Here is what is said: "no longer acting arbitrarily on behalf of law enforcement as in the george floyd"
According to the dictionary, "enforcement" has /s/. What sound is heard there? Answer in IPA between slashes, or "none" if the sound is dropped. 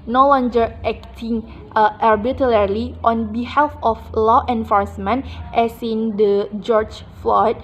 /s/